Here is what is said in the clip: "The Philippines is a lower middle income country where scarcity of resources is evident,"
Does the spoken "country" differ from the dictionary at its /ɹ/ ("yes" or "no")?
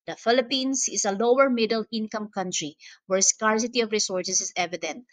no